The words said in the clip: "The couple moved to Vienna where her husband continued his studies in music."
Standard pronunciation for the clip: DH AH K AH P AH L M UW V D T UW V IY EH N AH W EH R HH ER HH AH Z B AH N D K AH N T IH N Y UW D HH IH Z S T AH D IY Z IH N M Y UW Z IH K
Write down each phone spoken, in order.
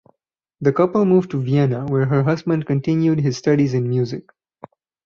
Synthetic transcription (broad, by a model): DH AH K AH P AH L M UW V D T UW V IY EH N AH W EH R HH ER HH AH Z B AH N D K AH N T IH N Y UW D HH IH Z S T AH D IY Z IH N M Y UW Z IH K